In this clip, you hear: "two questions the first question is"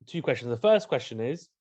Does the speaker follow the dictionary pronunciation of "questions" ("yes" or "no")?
yes